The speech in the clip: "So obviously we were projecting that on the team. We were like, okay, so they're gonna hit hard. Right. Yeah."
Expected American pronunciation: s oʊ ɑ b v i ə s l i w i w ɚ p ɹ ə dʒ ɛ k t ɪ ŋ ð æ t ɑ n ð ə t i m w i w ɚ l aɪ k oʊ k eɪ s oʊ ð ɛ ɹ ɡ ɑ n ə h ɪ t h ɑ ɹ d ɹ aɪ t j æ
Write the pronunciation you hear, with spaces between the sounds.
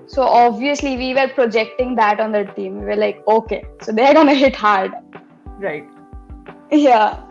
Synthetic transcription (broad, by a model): s oʊ ɑ b v i ə s l i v i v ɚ p ɹ ə dʒ ɛ k t ɪ ŋ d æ t ɑ n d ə t i m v i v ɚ l aɪ k oʊ k eɪ s oʊ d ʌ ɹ ɡ ɑ n ə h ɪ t h ɑ ɹ d ɹ aɪ t j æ